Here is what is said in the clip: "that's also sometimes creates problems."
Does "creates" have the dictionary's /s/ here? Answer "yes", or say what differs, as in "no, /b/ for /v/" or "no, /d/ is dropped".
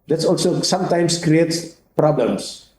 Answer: yes